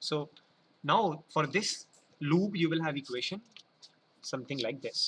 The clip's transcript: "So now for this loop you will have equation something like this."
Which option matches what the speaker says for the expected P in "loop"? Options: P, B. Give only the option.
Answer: B